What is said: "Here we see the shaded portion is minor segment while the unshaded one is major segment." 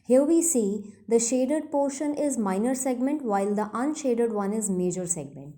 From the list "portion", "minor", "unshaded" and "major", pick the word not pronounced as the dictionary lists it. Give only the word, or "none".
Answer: none